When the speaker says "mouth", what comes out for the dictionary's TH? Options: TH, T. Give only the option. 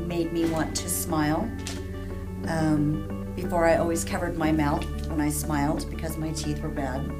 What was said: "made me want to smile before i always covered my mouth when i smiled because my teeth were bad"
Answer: TH